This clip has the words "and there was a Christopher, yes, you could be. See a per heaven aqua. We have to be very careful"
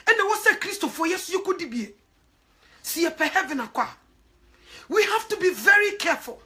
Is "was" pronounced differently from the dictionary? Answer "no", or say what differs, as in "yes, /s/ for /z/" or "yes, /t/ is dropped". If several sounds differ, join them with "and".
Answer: yes, /s/ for /z/